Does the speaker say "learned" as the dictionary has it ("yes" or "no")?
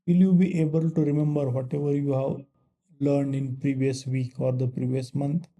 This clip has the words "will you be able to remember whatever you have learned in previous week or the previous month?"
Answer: yes